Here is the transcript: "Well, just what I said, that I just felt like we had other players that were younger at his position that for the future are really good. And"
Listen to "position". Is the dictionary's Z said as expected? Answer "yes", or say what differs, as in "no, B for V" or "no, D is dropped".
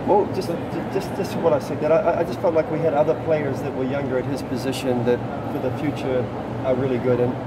yes